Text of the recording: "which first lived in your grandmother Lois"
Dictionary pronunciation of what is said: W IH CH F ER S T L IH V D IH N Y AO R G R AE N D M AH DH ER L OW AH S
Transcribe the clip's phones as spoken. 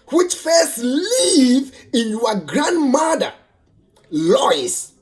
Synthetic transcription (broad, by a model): W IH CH F ER S T L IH V IH N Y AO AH G R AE N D M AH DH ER L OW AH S